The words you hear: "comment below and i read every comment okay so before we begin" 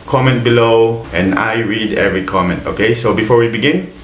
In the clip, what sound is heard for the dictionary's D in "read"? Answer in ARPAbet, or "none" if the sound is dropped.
D